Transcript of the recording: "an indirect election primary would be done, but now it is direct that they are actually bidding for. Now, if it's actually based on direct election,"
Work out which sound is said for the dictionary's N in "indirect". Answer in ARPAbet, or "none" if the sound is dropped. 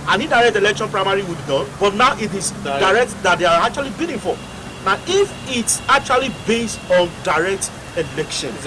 none